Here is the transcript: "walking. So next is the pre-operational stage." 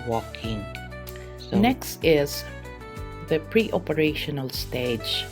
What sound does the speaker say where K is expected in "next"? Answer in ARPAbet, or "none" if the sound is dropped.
K